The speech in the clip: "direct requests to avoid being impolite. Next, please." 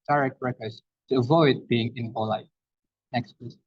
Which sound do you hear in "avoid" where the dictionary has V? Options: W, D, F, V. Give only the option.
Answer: V